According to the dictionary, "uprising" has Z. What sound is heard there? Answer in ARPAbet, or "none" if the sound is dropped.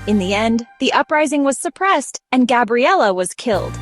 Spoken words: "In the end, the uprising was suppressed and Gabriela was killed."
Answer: Z